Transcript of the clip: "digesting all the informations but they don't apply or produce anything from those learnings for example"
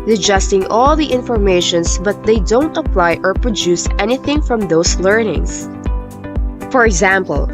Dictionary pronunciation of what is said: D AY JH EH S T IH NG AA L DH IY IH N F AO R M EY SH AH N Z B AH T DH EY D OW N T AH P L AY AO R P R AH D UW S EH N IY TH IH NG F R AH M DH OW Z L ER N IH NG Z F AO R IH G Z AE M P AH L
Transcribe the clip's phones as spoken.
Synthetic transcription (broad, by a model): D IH JH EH S T IH NG AA L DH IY IH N F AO R M EY SH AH N S B AH T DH EY D OW N T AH P L AY AO R P R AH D UW S EH N IY TH IH NG F R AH M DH OW S L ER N IH NG S F AO R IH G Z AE M P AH L